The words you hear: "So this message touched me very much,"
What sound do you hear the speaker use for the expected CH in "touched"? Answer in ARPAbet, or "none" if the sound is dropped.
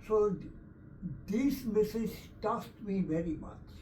S